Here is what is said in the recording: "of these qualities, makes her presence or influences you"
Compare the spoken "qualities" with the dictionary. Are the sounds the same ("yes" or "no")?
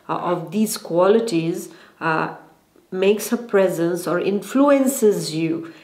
yes